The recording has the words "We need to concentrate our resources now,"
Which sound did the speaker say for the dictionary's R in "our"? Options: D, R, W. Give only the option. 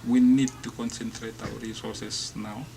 W